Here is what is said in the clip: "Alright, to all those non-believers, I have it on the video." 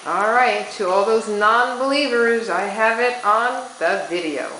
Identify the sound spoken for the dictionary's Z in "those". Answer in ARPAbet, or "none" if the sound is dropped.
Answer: Z